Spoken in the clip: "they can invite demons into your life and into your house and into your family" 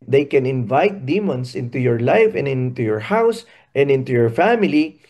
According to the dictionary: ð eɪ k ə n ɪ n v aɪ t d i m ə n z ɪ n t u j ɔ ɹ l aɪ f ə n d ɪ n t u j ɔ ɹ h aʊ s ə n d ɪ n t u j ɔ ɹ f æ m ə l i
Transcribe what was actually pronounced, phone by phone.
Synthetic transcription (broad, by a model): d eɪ k ə n ɪ n v aɪ t d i m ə n s ɪ n t u j ɔ ɹ l aɪ f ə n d ɪ n t u j ɔ ɹ h aʊ s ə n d ɪ n t u j ɔ ɹ f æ m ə l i